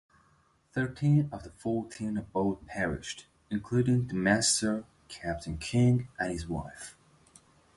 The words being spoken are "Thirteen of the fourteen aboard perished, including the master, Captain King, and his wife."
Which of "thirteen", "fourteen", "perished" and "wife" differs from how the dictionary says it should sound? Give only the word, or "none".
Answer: none